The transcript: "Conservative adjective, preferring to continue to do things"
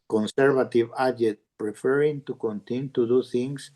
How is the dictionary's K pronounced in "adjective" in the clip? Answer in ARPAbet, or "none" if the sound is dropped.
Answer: none